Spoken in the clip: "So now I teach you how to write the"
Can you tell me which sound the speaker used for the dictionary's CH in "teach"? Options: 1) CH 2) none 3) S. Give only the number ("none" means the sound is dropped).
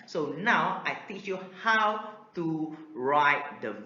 1